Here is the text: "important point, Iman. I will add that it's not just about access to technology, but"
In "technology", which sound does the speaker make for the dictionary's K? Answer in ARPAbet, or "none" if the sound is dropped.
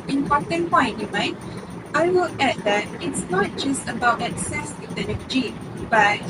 none